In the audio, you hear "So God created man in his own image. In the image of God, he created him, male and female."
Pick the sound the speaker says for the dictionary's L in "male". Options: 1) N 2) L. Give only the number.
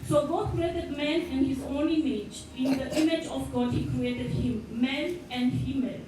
1